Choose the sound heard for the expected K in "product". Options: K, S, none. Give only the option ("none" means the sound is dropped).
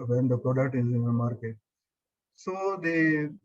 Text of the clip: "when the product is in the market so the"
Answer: none